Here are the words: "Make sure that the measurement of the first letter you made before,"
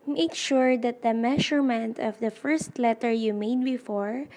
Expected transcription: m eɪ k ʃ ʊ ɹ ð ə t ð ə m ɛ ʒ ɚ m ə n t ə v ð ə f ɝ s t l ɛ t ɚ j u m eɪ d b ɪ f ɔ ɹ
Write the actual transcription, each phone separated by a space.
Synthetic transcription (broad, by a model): m eɪ k ʃ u ɹ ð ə t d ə m ɛ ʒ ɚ m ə n t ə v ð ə f ɝ s t l ɛ t ɚ j u m eɪ d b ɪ f ɔ ɹ